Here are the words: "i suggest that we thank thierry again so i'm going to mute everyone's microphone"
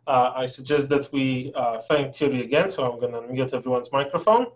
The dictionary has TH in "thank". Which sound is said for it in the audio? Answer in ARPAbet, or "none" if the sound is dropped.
F